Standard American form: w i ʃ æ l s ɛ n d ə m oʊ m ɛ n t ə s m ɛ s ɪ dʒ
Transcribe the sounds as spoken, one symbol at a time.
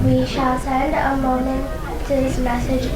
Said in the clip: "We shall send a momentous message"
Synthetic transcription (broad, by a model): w i ʃ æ l s ɛ n d ə m oʊ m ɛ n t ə s m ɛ s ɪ dʒ